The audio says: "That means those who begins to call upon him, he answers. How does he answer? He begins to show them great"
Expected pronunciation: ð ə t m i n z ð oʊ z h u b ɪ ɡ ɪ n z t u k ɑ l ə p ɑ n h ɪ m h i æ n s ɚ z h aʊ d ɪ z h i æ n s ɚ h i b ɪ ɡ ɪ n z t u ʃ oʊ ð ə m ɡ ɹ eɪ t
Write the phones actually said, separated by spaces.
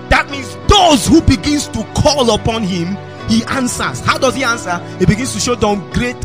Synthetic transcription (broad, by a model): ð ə t m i n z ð oʊ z h u b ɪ ɡ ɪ n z t u k ɑ l ə p ɑ n h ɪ m h i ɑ n s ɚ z h aʊ d ɪ z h i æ n s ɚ h i b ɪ ɡ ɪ n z t u ʃ oʊ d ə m ɡ ɹ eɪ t